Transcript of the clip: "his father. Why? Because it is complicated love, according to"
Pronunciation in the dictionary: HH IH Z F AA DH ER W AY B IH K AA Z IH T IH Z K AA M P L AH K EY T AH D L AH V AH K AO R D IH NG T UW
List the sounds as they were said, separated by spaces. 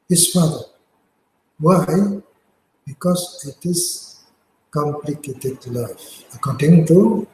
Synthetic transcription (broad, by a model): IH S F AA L W AY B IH K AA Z IH T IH S K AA M P L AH K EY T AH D L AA F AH K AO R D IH NG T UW